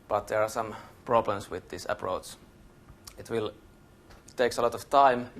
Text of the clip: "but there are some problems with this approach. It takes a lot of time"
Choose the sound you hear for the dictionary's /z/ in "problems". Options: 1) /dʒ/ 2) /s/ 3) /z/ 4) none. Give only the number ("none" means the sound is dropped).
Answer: 2